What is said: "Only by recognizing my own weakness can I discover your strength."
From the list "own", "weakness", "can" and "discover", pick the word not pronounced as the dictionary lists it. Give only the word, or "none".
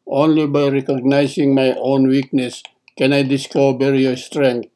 discover